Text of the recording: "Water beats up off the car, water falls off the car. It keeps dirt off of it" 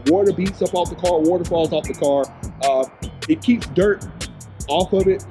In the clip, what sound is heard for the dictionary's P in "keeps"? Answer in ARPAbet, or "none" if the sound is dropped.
P